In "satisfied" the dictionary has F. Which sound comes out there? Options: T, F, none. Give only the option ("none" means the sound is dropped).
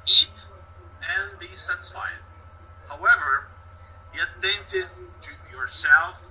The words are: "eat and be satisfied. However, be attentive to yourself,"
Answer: none